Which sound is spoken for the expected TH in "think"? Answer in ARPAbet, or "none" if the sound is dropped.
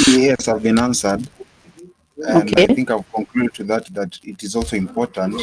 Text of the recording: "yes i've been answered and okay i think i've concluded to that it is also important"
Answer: TH